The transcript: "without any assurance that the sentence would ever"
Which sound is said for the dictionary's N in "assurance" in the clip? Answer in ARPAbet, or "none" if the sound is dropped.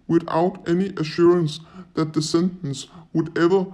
N